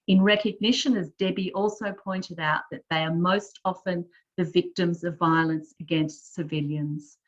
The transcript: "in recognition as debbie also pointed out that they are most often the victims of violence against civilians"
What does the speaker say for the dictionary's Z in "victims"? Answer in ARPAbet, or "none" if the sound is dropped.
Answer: Z